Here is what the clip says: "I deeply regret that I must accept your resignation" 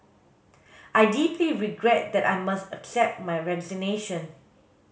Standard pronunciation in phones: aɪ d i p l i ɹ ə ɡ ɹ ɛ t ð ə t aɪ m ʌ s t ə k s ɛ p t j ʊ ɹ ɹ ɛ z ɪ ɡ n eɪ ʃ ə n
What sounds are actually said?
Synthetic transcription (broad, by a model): aɪ d i p l i ɹ ə ɡ ɹ ɛ t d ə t aɪ m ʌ s t ə k s ɛ p t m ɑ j ɹ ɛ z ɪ n eɪ ʃ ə n